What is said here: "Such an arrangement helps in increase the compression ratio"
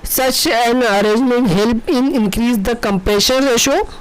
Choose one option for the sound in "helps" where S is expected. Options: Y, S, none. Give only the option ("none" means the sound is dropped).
none